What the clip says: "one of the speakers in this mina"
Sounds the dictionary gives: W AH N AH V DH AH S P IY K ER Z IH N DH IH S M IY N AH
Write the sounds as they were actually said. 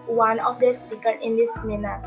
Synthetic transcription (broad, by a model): W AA N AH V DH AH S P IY K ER IH N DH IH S M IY N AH